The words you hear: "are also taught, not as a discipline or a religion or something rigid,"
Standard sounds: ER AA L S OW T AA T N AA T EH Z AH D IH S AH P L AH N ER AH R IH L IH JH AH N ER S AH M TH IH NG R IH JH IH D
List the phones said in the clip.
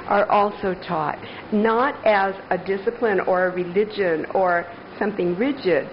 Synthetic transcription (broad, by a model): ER AA L S OW T AA T N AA T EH Z AH D IH S AH P L AH N ER AH R IH L IH JH AH N ER S AH M TH IH NG R IH JH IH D